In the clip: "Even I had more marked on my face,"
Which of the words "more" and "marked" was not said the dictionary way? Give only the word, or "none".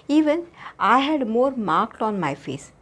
none